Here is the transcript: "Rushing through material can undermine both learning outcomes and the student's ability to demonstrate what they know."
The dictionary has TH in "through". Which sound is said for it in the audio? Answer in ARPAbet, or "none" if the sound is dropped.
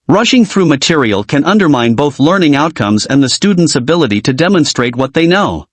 TH